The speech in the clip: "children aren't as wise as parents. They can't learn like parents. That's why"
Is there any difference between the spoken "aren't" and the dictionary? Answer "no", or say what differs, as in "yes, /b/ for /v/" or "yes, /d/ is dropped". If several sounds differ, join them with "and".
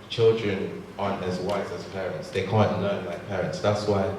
yes, /t/ is dropped